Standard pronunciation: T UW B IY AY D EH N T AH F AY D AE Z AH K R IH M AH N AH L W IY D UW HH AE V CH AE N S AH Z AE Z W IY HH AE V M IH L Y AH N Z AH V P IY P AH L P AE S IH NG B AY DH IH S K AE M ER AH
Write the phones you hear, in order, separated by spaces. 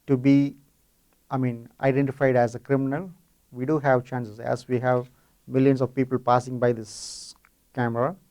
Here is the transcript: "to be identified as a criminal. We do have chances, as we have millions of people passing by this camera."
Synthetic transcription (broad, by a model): T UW B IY AY D EH N T AH F AY D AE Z AH K R IH M AH N AH L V IY D UW HH AE V CH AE N S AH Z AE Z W IY HH AE V M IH L Y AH N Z AH V P IY P AH L P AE S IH NG B AY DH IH S K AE M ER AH